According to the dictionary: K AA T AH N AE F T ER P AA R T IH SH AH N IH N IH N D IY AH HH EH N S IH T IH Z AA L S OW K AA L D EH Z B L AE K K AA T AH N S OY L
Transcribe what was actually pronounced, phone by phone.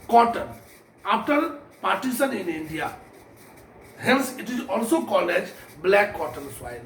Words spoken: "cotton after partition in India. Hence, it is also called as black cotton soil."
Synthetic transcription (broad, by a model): K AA T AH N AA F T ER P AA R T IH S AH N IH N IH N D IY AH HH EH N S IH T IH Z AA L S OW K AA L EH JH B L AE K K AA T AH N S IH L